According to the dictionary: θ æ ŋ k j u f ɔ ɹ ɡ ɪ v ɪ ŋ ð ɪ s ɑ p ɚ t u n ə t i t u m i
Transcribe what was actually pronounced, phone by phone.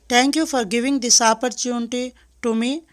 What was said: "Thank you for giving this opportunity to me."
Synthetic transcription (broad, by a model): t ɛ ŋ k j u f ɔ ɹ ɡ ɪ v ɪ ŋ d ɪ s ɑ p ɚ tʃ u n t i t u m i